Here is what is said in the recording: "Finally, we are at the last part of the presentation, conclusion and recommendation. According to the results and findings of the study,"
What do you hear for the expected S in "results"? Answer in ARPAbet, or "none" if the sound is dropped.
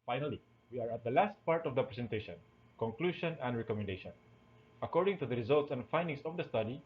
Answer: S